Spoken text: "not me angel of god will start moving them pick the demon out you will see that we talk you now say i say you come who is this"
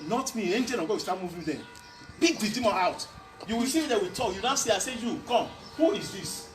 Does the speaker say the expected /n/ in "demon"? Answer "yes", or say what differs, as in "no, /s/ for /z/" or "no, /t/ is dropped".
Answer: no, /n/ is dropped